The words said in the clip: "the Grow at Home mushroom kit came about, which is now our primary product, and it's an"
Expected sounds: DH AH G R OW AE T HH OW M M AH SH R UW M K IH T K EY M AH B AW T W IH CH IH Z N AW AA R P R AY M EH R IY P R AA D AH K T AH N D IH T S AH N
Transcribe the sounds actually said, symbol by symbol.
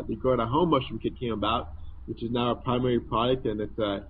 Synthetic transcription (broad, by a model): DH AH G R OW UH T HH OW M M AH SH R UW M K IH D K EY M AH B AW T W IH CH IH Z N AW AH P R AY M EH R IY P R AA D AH K T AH N IH T S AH